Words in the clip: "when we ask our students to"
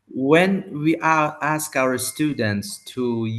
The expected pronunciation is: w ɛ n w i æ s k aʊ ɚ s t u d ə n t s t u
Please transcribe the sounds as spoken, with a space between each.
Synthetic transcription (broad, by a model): w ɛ n w i æ s k aʊ ɚ s t u d ə n t s t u